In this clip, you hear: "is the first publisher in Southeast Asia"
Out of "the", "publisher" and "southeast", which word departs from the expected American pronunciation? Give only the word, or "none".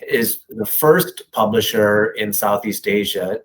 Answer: none